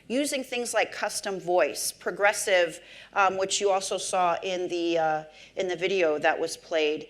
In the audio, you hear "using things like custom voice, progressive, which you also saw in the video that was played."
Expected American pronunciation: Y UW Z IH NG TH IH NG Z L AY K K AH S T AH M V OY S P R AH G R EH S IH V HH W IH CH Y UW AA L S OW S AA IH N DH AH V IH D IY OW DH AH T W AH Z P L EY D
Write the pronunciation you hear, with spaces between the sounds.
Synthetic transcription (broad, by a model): Y UW Z IH NG TH IH NG Z L AY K K AH S T AH M V OY S P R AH G R EH S IH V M W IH CH Y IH AA L S OW S AA IH N DH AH V IH D IY OW DH AH T W AH Z P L EY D